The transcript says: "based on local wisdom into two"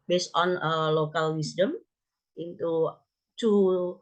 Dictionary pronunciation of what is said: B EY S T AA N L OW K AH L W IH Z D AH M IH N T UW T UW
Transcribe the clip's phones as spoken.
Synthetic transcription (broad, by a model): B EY S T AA N L OW K AH L W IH S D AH M IH N T UW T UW